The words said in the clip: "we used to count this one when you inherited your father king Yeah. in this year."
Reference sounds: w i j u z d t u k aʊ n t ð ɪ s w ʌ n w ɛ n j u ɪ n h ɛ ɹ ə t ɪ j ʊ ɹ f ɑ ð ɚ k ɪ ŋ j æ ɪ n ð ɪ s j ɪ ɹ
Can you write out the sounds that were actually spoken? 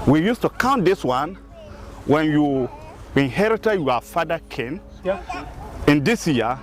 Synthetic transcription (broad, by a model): w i j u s t u k aʊ n t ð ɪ s w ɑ n w ɛ n j u ɪ n h ɛ ɹ ə t ɪ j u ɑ f ɑ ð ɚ k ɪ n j ɪ n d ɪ s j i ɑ